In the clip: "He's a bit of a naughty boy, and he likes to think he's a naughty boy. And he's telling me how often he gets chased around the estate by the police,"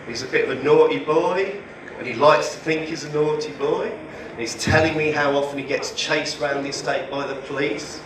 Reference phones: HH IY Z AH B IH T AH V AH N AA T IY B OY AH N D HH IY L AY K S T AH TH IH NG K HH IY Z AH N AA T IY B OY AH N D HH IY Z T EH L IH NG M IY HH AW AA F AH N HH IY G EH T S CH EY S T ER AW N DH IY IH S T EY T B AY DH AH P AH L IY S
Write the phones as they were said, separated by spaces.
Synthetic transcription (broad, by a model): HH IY Z AH B IH T AH V AH N AA T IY B OY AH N IY L AY K S T AH TH IH NG K HH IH Z AH N AA T IY B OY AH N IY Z T EH L IH NG M IY HH AW AA F AH N IY G EH T S CH EY S ER AW N DH IY IH S T EY T B AY DH AH P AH L IY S